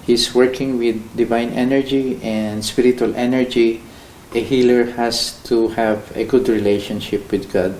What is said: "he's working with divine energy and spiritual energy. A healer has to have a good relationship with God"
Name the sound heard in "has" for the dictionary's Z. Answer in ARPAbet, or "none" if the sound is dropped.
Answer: S